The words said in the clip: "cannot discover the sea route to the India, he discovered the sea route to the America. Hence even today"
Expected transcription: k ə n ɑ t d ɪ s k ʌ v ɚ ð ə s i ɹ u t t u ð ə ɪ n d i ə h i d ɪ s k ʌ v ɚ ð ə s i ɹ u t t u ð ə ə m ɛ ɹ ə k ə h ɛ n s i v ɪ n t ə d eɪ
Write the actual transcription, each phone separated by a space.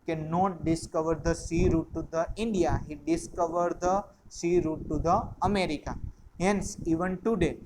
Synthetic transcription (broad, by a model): k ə n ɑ t d ɪ s k ʌ v ɚ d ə s i ɹ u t t u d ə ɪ n d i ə h i d ɪ s k ʌ v ɚ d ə s i ɹ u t t u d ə ə m ɛ ɹ ə k ə h ɛ n s i v ɪ n t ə d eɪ